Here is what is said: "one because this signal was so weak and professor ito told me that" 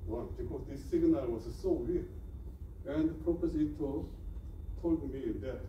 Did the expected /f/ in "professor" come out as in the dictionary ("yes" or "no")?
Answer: no